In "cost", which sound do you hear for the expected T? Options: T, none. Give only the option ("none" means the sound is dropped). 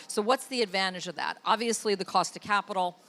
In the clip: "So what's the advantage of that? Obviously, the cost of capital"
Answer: T